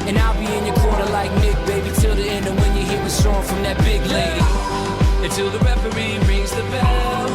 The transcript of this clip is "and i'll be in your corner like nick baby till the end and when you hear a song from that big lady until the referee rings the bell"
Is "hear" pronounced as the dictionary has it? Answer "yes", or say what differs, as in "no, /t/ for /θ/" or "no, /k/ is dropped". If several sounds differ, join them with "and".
no, /w/ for /ɹ/